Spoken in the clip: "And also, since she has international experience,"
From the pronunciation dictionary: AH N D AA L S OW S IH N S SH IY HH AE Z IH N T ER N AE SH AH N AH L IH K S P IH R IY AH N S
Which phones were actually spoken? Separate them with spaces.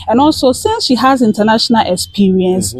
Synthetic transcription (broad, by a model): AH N AA L S OW S IH N S SH IY HH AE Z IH N T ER N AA SH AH N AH L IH K S P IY R IY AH N S